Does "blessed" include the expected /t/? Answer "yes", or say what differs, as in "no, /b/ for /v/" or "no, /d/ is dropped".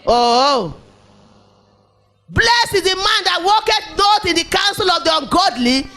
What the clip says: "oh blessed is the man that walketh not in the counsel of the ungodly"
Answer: no, /t/ is dropped